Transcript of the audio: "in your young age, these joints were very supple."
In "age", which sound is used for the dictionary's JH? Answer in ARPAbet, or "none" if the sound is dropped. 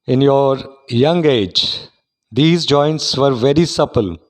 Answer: JH